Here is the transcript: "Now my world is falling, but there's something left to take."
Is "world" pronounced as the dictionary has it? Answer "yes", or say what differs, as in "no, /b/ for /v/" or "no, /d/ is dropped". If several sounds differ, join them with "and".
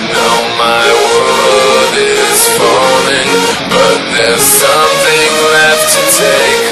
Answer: no, /l/ is dropped